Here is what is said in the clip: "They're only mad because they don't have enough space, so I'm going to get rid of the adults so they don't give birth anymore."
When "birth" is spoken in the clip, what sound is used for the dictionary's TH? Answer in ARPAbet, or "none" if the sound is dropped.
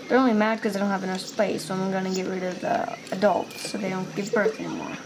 TH